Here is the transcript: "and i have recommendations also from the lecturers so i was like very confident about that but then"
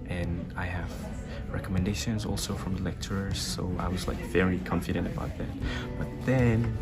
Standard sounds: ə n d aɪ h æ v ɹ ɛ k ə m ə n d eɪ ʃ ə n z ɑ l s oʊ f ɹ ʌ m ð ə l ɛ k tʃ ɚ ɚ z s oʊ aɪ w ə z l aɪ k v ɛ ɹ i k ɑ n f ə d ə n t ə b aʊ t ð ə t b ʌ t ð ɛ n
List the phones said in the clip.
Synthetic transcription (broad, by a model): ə n aɪ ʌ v ɹ ɛ k ə m ə n d eɪ ʃ ə n z ɑ l s oʊ f ɹ ʌ m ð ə l ɛ k tʃ ɚ ɚ z s oʊ aɪ w ə z l aɪ k v ɛ ɹ i k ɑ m f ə d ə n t ə b aʊ t ð ə t b ʌ t ð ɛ n